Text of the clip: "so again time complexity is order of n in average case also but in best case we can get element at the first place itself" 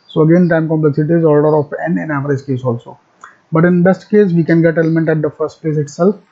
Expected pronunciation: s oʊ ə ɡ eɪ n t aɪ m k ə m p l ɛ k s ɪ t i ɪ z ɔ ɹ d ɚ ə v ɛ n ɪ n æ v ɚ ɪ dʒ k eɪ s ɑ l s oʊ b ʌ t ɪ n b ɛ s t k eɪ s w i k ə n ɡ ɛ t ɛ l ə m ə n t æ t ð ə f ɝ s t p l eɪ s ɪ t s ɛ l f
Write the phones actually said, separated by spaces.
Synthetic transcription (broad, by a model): s oʊ ə ɡ eɪ n t aɪ m k ə m p l ɛ k s ɪ t i ɪ z ɔ l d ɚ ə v ɛ n ɪ n æ v ɚ ɪ dʒ k eɪ s ɑ l s oʊ b ʌ t ɪ n b ɛ s t k eɪ s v i k ə n ɡ ɛ t ɛ l ə m ə n t æ t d ə f ɝ s t p l eɪ s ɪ t s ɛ l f